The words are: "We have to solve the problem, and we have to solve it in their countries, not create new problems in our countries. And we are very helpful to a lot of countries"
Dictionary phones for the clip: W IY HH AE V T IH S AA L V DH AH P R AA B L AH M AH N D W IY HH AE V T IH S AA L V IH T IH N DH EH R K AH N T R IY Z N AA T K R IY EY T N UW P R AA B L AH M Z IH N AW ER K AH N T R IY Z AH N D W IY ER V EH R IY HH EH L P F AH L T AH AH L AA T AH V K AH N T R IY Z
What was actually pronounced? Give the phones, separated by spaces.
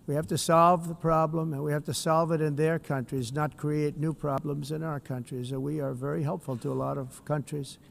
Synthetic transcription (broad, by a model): W IY HH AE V T IH S AA L V DH AH P R AA B L AH M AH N W IY HH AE F T IH S AA L V IH T IH N DH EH R K AH N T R IY Z N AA T K R IY EY T N UW P R AA B L AH M Z IH N AW ER K AH N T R IY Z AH W IY ER V EH R IY HH EH L P F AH L T AH AH L AA T AH V K AH N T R IY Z